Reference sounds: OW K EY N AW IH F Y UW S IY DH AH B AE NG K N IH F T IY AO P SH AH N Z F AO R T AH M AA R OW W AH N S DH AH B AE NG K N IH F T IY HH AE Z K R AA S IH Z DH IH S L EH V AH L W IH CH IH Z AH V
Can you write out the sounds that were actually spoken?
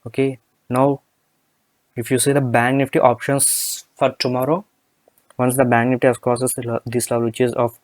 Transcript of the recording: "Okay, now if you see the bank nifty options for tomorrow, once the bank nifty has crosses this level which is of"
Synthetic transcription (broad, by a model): OW K EY N AW IH F Y UW S IY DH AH B AE NG K N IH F T IY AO P SH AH N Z F AO R T AH M AA R OW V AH N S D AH B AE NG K N IH F T IY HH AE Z K AA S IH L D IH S L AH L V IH CH IH Z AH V